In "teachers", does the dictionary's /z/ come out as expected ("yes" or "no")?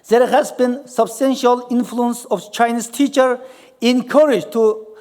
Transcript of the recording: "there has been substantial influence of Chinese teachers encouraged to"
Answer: no